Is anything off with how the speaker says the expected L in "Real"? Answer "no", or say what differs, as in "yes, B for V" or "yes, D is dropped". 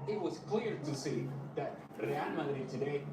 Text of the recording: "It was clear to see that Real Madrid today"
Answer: yes, N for L